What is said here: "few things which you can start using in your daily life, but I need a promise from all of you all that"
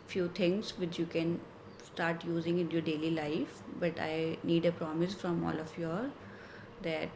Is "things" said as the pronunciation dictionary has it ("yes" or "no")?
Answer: no